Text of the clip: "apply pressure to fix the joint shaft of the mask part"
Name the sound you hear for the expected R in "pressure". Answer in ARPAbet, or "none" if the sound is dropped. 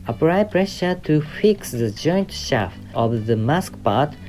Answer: R